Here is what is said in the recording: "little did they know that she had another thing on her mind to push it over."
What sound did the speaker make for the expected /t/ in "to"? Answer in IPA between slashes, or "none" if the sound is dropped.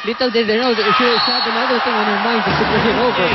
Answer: /s/